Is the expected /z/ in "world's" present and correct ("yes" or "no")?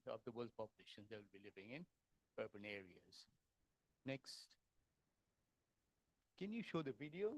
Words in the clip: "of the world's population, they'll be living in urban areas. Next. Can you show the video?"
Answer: no